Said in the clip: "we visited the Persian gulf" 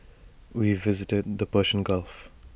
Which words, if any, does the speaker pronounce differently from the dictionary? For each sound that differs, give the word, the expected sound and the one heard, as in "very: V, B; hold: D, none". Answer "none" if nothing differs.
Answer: persian: ZH, SH